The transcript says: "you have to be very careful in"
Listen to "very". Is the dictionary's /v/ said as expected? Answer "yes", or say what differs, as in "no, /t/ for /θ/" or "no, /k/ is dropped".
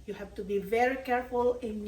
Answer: yes